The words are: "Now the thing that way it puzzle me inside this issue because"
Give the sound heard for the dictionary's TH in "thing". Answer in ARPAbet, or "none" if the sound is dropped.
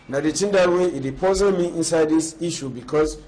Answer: T